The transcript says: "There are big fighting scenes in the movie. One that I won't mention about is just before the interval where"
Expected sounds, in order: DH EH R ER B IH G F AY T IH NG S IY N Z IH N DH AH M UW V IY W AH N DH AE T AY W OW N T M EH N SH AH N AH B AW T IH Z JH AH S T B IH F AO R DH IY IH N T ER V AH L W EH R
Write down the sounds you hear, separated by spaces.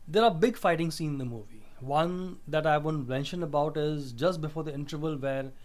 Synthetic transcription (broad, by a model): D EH R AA B IH G F AY T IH NG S IY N IH N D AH M UW V IY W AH N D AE T AY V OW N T M EH N SH AH N AH B AW T IH Z JH AH S T B IH F AO R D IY IH N T ER V AH L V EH R